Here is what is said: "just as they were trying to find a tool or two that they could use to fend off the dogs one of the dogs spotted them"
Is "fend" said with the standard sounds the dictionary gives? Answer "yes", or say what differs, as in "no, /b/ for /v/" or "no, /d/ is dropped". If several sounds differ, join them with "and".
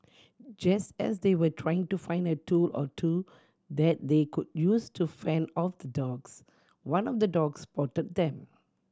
no, /d/ is dropped